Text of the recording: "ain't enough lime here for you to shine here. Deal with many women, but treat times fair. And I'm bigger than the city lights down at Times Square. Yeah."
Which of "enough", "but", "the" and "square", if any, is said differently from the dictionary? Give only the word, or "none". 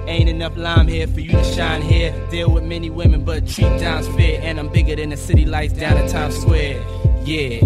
enough